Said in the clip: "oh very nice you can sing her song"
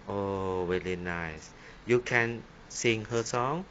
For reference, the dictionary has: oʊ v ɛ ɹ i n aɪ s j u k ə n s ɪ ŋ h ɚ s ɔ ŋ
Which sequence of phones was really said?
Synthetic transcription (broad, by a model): oʊ w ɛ l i n aɪ s j u k ə n s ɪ ŋ h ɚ s ɔ ŋ